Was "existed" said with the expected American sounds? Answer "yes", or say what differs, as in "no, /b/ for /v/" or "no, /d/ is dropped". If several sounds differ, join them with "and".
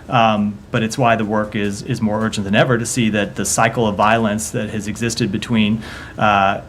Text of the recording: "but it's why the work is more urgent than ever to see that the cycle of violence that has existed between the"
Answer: yes